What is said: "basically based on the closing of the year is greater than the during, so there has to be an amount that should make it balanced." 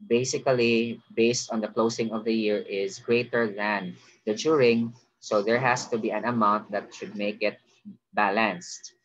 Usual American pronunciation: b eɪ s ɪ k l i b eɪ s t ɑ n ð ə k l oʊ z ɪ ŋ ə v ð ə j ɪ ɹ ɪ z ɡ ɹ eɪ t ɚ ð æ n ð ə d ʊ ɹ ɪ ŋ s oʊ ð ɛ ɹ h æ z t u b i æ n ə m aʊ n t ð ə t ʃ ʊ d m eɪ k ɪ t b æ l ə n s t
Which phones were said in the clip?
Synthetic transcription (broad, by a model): b eɪ s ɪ k l i b eɪ s t ɑ n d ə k l oʊ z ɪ ŋ ə v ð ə j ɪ ɹ ɪ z ɡ ɹ eɪ t ɚ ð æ n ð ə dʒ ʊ ɹ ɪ ŋ s oʊ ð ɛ ɹ h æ s t u b i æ n ə m aʊ n t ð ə t ʃ ʊ d m eɪ k ɪ t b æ l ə n s t